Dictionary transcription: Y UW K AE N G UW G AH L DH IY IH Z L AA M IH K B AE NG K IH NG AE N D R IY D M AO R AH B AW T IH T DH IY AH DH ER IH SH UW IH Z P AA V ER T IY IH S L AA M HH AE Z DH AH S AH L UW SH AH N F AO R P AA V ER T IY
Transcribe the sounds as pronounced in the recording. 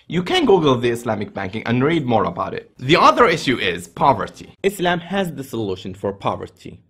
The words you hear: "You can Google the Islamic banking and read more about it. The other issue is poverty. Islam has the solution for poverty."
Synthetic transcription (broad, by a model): Y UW K AE N G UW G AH L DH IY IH S L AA M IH K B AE NG K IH NG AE N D R IY D M AO R AH B AW T IH T DH IY AH DH ER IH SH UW IH Z P AA V ER T IY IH S L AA M HH AE Z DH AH S AH L UW SH AH N F AO R P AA V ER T IY